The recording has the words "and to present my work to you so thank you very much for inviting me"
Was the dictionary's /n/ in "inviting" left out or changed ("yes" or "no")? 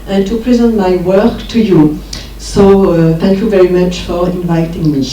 no